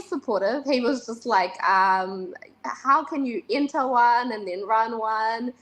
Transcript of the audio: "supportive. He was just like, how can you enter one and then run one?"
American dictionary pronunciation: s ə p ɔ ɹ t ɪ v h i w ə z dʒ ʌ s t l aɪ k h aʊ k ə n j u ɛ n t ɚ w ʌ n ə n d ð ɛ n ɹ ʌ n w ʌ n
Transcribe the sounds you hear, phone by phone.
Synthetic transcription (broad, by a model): s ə p ɔ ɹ t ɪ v h i w ə z dʒ ʌ s t l aɪ k h aʊ k ə n j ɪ ɛ n t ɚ w ʌ n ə n ð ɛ n ɹ ʌ n w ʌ n